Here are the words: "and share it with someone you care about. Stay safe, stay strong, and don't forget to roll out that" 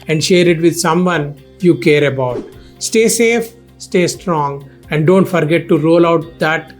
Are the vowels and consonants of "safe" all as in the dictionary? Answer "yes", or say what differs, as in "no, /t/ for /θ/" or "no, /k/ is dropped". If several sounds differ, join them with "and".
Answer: yes